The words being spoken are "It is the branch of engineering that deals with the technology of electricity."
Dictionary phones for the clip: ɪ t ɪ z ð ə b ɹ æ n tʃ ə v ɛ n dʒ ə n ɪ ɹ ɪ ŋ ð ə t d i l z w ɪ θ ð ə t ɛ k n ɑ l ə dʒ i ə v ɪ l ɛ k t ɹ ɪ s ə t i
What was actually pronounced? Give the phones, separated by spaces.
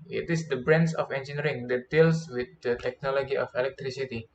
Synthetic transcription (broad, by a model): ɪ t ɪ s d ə b ɹ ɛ n s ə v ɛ n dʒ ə n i ɹ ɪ ŋ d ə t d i l s w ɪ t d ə t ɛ k n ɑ l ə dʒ i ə f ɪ l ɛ k t ɹ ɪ s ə t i